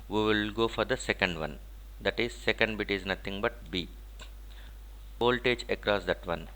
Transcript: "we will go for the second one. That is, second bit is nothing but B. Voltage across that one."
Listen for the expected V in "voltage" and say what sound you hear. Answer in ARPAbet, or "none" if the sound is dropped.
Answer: P